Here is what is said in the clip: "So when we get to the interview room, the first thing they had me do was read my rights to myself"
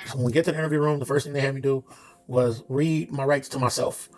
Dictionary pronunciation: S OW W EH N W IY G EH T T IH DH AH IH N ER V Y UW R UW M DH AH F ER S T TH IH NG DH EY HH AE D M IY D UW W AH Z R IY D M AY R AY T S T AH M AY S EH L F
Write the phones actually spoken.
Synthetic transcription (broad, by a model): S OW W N W IY G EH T T IH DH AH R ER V Y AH R UW M DH AH F ER S T TH IH NG DH EY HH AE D M IY D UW W AH Z R IY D M AY R AY T S T AH M AY S EH L F